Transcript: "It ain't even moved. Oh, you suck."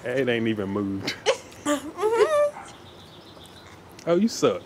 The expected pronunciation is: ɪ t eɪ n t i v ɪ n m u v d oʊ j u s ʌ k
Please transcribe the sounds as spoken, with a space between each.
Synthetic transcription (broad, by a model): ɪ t eɪ n t i v ɪ n m u v d oʊ j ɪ s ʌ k